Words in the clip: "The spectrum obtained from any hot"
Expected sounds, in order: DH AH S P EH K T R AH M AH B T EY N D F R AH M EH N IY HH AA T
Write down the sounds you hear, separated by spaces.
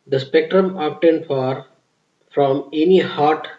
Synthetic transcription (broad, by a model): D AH S P EH K T R AH M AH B T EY N D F R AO M EH N IY HH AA T